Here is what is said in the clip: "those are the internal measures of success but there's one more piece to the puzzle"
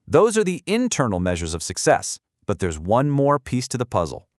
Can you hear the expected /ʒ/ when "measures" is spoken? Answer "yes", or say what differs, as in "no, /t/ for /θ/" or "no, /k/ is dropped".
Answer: yes